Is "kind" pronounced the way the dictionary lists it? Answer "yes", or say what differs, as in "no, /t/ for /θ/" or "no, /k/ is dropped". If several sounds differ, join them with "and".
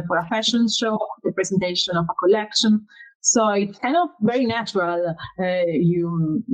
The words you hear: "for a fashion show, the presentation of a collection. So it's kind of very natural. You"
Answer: no, /d/ is dropped